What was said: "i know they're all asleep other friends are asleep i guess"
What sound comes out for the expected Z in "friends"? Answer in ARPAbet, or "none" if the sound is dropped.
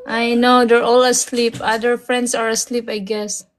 S